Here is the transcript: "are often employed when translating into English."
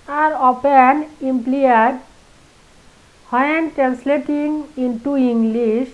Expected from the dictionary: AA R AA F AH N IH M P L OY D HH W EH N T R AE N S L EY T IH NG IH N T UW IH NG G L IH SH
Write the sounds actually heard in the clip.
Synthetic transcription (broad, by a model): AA R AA P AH N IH M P L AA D HH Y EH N T R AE N S L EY T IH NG IH N T UW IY NG G L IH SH